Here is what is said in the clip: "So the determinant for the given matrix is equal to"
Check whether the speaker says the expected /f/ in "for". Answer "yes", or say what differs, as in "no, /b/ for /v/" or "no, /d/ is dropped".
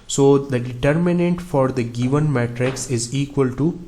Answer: yes